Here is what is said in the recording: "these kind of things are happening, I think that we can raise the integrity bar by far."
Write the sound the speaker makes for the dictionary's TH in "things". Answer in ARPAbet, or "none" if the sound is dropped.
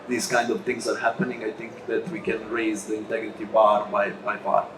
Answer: T